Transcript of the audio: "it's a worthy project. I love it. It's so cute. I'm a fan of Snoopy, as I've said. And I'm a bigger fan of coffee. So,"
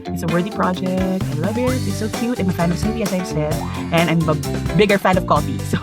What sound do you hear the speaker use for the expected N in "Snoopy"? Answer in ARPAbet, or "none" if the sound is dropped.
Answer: none